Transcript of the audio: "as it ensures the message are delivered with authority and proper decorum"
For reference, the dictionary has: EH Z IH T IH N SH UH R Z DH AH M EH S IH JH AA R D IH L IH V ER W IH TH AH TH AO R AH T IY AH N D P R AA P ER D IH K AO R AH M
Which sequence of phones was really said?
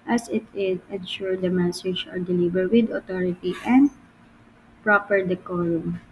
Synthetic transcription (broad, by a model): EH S IH T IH N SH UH R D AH M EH S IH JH AA R D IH L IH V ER W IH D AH T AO R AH T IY AH N D P R AA P ER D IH K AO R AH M